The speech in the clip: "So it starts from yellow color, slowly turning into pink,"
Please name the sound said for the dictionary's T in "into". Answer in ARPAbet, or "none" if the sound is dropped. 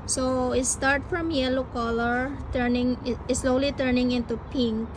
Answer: T